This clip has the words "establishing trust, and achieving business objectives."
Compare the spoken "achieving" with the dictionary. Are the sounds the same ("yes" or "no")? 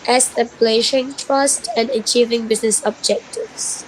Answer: yes